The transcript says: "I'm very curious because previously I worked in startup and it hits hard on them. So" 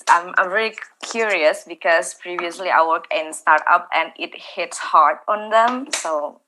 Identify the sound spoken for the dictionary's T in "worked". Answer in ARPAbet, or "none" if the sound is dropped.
none